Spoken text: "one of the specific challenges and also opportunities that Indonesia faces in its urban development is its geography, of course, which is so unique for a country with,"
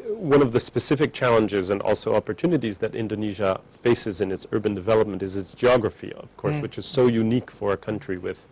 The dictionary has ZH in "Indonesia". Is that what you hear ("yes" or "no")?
yes